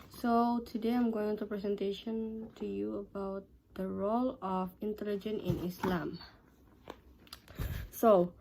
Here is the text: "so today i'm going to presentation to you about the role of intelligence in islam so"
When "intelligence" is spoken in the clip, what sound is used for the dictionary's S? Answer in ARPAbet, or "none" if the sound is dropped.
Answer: none